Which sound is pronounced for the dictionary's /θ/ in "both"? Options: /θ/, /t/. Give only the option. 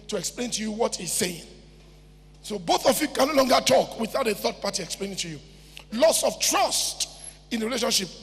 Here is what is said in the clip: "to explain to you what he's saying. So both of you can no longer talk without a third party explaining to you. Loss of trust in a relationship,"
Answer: /θ/